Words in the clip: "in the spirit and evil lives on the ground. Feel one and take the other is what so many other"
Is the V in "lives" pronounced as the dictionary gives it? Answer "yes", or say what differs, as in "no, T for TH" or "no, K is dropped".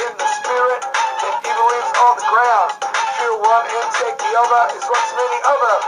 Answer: no, V is dropped